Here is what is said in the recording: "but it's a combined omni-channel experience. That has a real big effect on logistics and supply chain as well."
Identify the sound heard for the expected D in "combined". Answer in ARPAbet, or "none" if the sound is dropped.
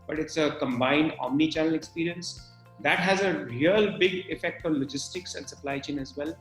D